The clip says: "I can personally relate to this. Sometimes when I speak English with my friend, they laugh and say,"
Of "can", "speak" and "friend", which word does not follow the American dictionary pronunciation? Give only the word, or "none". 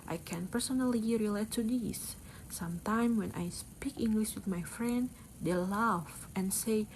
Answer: none